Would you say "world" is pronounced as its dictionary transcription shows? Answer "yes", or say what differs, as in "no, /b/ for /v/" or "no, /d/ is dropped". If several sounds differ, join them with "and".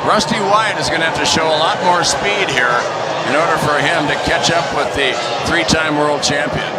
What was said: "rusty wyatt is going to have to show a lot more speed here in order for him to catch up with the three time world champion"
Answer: yes